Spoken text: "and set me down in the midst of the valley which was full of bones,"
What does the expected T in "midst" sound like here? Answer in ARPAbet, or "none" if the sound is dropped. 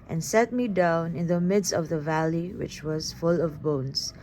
T